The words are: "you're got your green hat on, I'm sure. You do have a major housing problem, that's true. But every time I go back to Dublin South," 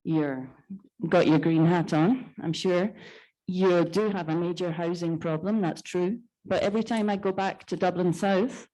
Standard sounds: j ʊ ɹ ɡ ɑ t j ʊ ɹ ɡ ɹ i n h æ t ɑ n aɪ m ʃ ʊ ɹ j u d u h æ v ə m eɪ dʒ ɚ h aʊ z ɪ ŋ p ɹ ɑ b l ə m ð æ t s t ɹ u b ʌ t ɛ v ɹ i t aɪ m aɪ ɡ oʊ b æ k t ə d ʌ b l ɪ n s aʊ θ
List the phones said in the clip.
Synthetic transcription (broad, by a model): j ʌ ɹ ɡ ɑ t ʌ ɹ ɡ ɹ i n h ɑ t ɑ n aɪ m ʃ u ɹ j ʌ d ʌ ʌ v ə m eɪ dʒ ɚ h aʊ z ɪ ŋ p ɹ ɑ b l ə m ð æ t s t ɹ u b ʌ t ɛ v ɹ i t aɪ m aɪ ɡ oʊ b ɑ k t ə d ʌ b l ɪ n s aʊ θ